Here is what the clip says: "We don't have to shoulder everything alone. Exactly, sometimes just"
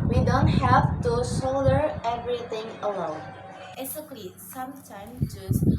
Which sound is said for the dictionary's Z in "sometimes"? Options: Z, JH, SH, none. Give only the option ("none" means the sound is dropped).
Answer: none